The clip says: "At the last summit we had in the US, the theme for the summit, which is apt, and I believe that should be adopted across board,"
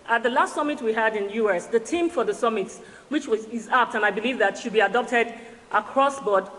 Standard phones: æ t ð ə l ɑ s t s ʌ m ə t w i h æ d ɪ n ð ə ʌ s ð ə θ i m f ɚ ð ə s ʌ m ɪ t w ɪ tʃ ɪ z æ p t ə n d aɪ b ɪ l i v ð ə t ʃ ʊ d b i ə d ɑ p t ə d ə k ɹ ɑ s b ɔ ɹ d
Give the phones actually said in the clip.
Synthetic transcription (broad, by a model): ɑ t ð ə l ɑ s t s ʌ m ə t w i h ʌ d ɪ n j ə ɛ s ð ə t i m f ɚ ð ə s ʌ m ɪ t w ɪ tʃ ɪ z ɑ p t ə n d aɪ b ɪ l i v ð ə t ʃ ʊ d b i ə d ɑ p t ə d ə k ɹ ɑ s b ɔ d